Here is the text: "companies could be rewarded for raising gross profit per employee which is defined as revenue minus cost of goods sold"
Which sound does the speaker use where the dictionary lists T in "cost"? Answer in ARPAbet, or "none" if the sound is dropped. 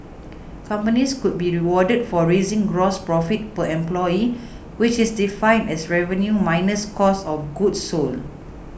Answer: none